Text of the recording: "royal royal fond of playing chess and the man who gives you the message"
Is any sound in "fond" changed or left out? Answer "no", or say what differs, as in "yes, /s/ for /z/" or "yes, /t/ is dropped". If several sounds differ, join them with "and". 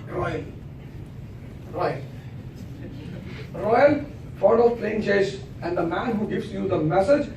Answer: yes, /n/ is dropped